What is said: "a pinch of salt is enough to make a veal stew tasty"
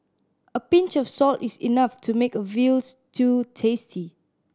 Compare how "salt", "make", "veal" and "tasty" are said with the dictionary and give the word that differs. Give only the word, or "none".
none